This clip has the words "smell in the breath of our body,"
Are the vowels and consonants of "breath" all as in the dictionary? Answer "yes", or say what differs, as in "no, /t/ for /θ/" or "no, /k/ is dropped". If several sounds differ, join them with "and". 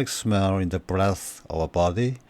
yes